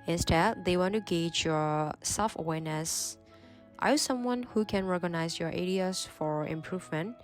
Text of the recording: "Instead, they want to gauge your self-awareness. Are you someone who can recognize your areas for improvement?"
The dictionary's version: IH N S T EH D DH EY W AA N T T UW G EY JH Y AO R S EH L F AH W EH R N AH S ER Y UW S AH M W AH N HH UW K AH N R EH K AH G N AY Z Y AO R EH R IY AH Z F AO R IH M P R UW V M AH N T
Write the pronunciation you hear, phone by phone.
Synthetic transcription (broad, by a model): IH N S T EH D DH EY W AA N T T UW G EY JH Y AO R S EH L F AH W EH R N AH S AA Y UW S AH M W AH N HH UW K AH N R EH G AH N AY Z Y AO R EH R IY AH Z F AO R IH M P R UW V M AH N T